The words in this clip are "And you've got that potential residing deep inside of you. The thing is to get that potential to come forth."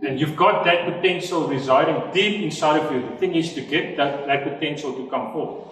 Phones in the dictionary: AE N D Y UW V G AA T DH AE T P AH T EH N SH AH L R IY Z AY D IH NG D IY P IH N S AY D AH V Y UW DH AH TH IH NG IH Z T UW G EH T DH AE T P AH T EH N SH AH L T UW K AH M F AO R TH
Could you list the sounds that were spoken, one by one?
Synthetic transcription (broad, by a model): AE N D Y UW V G AA T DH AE T P AH T EH N SH AH L R IY Z AY D IH NG D IY P IH N S AY D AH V Y UW DH AH TH IH NG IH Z T UW G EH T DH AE T P AH T EH N SH AH L T UW K AH M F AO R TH